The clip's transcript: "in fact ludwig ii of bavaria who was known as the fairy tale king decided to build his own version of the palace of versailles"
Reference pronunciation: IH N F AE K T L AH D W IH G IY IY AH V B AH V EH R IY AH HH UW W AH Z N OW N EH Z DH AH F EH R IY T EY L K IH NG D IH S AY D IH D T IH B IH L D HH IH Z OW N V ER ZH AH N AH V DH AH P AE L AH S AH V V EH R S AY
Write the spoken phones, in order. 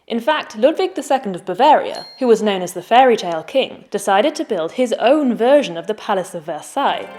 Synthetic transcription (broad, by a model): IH N F AE K T L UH D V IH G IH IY AH V B AH V EH R IY AH HH UW W AH Z N OW N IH Z DH AH F EH R IY T EY L K IH NG D IH S AY D IH D T IH B IH L D IH Z OW N V ER ZH AH N AH V DH AH P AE L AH S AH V V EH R S AY